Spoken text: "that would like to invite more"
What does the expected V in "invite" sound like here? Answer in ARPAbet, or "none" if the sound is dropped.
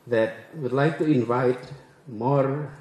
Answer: V